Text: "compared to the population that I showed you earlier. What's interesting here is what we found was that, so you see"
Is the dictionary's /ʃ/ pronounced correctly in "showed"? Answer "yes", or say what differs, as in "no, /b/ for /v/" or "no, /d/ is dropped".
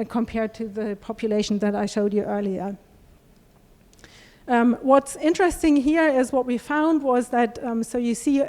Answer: yes